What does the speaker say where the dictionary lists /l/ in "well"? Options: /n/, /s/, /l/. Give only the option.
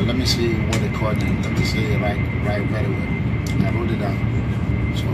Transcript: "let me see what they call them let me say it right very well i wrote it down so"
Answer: /n/